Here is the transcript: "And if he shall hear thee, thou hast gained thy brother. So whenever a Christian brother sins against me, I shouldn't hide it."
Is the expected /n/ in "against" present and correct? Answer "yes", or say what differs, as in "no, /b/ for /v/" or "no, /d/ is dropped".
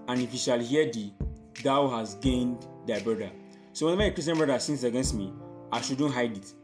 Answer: yes